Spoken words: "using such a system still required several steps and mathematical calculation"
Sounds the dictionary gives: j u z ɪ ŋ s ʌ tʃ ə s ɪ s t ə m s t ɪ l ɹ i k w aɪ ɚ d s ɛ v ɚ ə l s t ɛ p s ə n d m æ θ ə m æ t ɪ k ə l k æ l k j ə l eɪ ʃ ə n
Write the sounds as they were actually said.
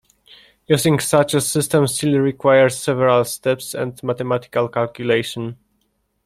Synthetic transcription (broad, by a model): j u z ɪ ŋ s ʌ tʃ ə s ɪ s t ə m s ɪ l ɹ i k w aɪ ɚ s s ɛ v ɚ ə l s t ɛ p s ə n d m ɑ t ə m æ t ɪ k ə l k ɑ l k j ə l eɪ ʃ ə n